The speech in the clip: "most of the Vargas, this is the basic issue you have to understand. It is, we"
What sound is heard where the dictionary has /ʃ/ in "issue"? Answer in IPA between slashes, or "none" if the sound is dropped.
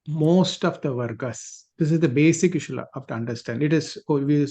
/ʃ/